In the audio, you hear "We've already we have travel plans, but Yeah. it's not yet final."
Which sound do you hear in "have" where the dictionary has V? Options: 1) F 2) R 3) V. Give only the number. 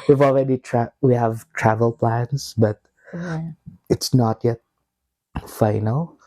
3